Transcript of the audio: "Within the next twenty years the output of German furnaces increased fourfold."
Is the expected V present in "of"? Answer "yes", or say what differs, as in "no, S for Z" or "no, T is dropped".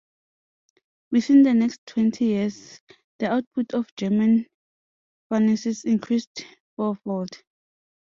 no, F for V